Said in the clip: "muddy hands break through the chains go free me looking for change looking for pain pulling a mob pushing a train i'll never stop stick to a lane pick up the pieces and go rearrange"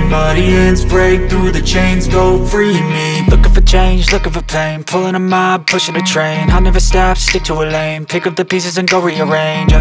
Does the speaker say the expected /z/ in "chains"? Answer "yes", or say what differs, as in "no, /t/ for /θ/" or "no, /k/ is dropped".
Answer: yes